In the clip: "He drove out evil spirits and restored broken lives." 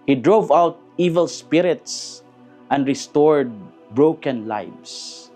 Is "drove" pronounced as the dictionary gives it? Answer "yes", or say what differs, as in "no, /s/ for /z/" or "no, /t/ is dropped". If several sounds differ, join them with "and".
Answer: yes